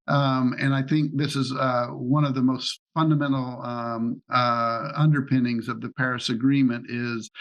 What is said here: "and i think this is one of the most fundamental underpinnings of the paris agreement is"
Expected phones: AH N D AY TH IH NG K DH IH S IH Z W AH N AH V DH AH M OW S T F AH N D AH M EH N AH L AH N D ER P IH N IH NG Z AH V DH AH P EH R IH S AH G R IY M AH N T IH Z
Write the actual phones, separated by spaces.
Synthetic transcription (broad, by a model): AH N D AY TH IH NG K DH IH S IH Z W AH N AH V DH AH M OW S T F AH N D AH M EH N L AH N D ER P IH N IH NG Z AH V DH AH P EH R IH S AH G R IY M AH N T IH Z